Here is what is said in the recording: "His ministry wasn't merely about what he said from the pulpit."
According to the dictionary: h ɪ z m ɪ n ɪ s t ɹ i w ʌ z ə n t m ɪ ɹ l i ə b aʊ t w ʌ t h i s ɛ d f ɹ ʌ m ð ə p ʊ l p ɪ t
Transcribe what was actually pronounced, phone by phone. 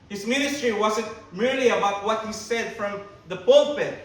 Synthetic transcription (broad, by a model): h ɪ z m ɪ n ɪ s t ɹ i w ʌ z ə n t m ɪ ɹ l i ə b aʊ t w ʌ t h i s ɛ d f ɹ ʌ m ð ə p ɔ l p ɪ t